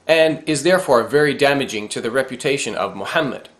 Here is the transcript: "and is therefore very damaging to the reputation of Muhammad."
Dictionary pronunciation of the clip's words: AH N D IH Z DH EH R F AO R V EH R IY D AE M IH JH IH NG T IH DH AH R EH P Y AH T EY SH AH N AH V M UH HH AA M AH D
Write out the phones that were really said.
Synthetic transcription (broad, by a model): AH N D IH Z DH EH R F AO R V EH R IY D AE M IH JH IH NG T IH DH AH R EH P Y AH T EY SH AH N AH V M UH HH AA M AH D